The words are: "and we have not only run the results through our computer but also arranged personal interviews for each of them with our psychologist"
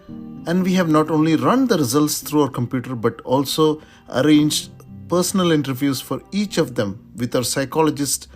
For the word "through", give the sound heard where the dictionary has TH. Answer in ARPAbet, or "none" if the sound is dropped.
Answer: T